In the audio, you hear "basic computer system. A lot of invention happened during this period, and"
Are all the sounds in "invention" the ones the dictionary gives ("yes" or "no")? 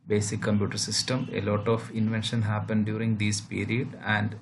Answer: yes